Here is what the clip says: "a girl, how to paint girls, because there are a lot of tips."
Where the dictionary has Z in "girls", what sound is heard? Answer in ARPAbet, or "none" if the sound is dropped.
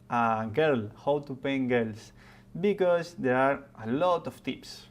S